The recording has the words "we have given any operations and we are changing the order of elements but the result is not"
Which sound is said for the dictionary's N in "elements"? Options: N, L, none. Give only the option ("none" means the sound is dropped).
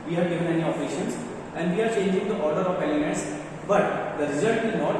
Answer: none